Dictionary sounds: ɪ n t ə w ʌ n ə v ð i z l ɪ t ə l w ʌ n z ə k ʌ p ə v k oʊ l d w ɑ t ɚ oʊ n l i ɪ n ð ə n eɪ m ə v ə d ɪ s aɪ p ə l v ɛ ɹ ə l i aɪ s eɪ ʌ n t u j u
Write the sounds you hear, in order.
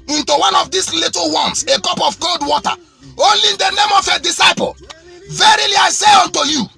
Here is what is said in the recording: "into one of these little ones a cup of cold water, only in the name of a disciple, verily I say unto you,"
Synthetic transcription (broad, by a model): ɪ n t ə w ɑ n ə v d i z l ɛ t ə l w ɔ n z ə k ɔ p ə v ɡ oʊ l d w ɑ t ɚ oʊ l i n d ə n eɪ m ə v ə d ɪ s aɪ p ə l v ɛ ɹ ə l i aɪ s eɪ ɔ n t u j u